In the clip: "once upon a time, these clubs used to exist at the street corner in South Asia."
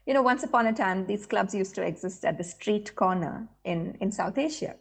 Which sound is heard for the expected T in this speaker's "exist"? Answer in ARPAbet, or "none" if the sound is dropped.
T